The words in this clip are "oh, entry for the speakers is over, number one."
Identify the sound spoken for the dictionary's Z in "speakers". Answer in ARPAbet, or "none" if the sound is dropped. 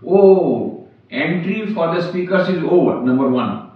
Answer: S